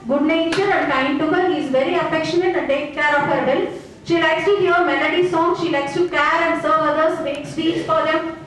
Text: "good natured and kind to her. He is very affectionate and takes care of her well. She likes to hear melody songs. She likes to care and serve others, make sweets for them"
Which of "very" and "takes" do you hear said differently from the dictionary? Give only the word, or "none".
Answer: takes